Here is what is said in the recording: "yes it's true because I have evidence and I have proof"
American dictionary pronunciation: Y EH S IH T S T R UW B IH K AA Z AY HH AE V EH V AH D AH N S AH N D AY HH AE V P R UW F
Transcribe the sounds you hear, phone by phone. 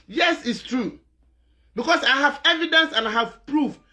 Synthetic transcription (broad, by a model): Y EH S IH T S T R UW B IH K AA S AY HH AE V EH V AH D AH N S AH N AY HH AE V P R UW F